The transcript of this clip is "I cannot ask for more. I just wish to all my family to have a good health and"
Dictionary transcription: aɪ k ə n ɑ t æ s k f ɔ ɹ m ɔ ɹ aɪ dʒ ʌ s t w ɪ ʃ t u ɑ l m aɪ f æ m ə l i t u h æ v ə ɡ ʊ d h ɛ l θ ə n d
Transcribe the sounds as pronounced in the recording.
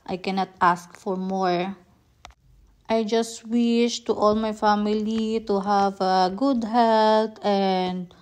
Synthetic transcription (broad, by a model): aɪ k ə n ɑ t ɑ s k f ɔ ɹ m ɔ ɹ aɪ dʒ ʌ s t w ɪ ʃ t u ɑ l m aɪ f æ m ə l i t u h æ v ə ɡ ʊ d h ɛ l t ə n d